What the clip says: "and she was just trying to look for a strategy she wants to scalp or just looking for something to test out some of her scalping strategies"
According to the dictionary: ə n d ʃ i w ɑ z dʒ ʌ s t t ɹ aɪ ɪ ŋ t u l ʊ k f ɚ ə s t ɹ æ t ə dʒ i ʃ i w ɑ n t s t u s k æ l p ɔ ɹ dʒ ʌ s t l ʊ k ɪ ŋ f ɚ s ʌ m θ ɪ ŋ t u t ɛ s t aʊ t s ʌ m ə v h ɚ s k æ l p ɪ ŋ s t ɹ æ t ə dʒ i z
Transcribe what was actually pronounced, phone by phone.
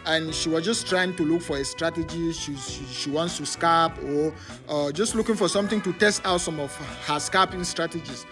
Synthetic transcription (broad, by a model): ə n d ʃ i w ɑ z dʒ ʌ s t t ɹ aɪ ɪ ŋ t u l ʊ k f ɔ ə s t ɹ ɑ t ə dʒ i ʃ i w ɑ n t s t u s k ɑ p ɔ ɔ dʒ ʌ s t l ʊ k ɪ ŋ f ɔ s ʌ m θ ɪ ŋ t u t ɛ s t aʊ t s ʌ m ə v h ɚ s k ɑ p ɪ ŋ s t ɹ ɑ t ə dʒ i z